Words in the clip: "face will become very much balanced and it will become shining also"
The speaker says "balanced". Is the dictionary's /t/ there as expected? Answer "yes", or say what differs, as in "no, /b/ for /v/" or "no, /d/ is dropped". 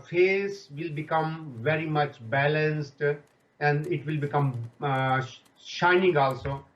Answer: yes